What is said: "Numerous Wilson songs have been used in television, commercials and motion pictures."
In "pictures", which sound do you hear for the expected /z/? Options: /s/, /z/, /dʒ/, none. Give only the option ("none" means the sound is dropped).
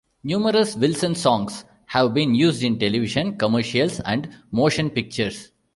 /s/